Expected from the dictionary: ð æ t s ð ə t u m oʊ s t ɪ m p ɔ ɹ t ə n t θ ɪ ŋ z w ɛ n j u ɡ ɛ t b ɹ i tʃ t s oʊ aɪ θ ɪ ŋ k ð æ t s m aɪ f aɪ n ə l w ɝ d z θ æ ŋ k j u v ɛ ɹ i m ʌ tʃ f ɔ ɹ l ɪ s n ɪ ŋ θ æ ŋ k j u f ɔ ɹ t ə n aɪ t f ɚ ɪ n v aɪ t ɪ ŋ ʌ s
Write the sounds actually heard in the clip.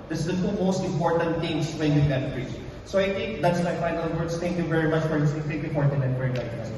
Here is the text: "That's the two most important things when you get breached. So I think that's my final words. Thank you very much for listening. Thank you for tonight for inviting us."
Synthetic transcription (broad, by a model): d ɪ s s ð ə t u m oʊ s t ɪ m p ɔ ɹ t ə n t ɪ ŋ s w ɛ n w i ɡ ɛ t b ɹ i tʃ s oʊ aɪ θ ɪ ŋ k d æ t s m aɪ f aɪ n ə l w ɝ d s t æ ŋ k j u v ɛ ɹ i m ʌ tʃ f ɔ ɹ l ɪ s ɪ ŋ t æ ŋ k j u f ɔ ɹ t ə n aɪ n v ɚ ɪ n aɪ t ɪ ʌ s